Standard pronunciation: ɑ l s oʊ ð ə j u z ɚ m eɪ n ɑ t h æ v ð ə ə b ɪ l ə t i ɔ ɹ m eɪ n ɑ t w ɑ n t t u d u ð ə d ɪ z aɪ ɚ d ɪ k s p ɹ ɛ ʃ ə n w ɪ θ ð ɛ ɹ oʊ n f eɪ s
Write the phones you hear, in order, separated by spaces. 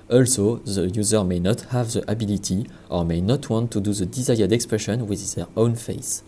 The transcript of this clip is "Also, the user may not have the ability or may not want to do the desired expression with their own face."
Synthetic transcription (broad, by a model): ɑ l s oʊ ð ə j u z ɚ m eɪ n ɑ t h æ v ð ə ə b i l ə t i ɔ ɹ m eɪ n ɑ t w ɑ n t t u d u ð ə d ɪ z aɪ ɚ d ɪ k s p ɹ ɛ ʃ ə n w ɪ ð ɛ ɹ oʊ n f eɪ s